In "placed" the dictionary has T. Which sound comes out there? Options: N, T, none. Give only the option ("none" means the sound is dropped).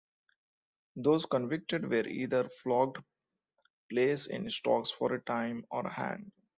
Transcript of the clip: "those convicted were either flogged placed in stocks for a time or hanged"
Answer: none